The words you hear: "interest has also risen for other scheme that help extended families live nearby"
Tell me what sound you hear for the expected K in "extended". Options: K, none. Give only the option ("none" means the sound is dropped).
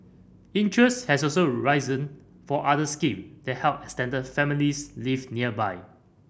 none